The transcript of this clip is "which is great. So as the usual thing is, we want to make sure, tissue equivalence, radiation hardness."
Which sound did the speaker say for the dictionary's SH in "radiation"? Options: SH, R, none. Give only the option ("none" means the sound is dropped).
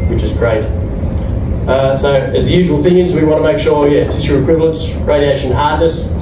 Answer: SH